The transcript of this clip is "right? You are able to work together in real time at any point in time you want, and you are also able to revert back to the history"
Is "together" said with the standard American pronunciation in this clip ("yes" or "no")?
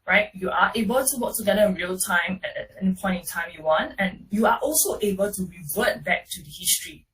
no